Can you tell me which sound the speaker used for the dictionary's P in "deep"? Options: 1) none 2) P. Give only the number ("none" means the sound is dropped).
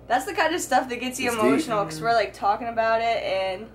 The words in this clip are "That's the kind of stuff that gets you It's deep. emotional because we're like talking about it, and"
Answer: 1